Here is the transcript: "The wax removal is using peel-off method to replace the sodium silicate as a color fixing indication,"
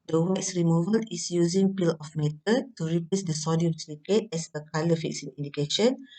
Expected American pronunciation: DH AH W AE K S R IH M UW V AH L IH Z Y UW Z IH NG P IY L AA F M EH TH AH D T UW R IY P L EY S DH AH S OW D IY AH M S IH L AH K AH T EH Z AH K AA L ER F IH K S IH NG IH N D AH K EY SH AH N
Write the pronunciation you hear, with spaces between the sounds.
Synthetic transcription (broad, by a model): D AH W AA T S R IH M UW V AH L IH S Y UW Z IH NG P IY L AA F M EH T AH T UW R IY P L EY S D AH S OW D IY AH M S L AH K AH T EH S AH K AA L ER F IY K S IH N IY N D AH K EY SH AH N